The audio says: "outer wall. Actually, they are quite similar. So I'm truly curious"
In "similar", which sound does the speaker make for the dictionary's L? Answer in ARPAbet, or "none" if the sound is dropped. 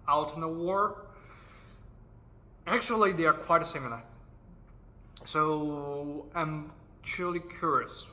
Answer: N